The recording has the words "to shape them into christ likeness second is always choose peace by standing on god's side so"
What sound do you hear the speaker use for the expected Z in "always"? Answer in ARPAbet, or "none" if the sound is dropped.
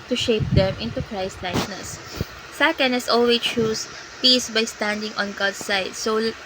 none